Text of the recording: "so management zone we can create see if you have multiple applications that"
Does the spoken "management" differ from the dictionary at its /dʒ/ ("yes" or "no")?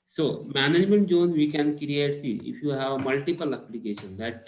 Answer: no